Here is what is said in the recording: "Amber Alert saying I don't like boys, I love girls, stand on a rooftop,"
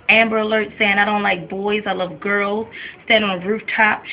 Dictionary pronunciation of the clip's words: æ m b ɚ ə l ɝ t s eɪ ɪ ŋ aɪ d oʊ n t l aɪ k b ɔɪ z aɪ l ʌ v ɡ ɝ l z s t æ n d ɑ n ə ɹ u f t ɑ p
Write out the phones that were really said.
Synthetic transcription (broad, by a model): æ m b ɚ ə l ɝ t s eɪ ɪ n aɪ d oʊ n t l aɪ k b ɔɪ z aɪ l ʌ v ɡ ɝ l z s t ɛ d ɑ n ə ɹ u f t ɑ p